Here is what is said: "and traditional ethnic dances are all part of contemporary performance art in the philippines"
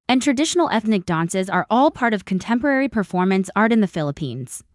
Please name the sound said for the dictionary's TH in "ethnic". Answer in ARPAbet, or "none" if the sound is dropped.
TH